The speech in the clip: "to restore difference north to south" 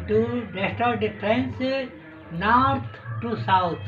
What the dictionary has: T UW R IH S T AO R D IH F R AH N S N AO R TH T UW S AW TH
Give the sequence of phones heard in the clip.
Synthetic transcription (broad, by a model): T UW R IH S T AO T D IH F R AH N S N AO R T T UW S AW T